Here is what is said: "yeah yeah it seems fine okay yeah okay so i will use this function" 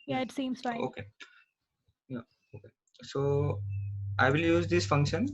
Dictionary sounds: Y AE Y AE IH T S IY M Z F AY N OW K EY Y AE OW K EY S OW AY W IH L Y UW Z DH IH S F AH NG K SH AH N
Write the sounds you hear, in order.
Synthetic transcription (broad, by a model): Y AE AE IH T S IY M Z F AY OW K EY Y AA OW K EY S OW AY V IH L Y UW Z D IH S F AH NG K SH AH N